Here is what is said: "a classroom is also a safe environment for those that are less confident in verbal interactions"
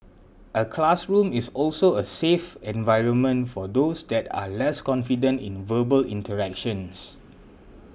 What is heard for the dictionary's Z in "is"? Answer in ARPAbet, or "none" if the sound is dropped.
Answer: S